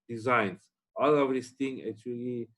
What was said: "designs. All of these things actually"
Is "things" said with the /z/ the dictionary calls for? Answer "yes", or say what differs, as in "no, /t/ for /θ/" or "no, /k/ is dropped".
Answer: no, /z/ is dropped